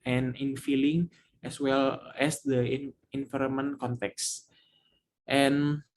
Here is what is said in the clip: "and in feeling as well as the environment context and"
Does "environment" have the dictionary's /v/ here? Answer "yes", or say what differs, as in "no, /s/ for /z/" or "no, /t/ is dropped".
no, /f/ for /v/